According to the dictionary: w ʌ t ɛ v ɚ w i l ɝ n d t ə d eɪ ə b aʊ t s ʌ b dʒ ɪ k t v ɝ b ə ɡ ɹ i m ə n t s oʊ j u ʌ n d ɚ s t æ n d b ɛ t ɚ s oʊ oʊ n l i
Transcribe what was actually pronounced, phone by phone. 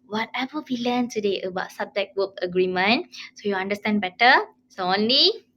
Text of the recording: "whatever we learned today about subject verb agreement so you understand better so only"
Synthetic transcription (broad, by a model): w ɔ t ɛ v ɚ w i l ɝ n t ə d eɪ ə b aʊ t s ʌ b dʒ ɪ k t w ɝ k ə ɡ ɹ i m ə n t s oʊ j u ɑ n d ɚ s t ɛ n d b ɛ t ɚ s oʊ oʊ n l i